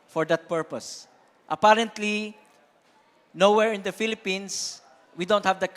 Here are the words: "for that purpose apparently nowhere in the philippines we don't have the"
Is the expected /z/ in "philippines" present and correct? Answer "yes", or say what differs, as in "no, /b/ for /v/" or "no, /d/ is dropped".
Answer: no, /s/ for /z/